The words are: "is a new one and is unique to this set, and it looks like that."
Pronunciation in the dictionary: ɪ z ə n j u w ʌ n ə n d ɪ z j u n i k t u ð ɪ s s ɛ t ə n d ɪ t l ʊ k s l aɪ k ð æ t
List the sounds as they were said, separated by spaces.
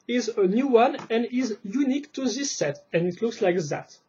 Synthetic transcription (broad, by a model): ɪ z ə n j u w ʌ n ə n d ɪ z j u n i k t u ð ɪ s s ɛ t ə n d ɪ t l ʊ k s l aɪ k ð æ t